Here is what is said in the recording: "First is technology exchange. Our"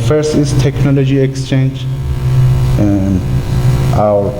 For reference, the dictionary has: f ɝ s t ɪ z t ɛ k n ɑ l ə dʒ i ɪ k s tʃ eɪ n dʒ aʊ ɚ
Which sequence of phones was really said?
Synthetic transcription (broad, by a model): f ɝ s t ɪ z t ɛ k n ɑ l ə dʒ i ɪ k s tʃ eɪ n dʒ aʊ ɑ